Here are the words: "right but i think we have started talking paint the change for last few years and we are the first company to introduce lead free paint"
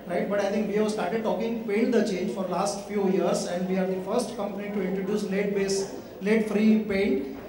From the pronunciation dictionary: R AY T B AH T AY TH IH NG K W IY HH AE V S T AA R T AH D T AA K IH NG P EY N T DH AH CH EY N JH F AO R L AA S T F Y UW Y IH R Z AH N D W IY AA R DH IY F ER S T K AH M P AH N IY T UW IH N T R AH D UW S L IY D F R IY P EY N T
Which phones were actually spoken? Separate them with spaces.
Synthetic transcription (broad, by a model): R AY T B AH T AY T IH NG K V IY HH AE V S T AA R T AH D T AA K IH NG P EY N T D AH CH EY N JH F AO R L AA S T F Y UW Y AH R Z AH N D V IY AA R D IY F ER S T K AH M P AH N IY T UW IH N T R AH D UW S L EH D F R IY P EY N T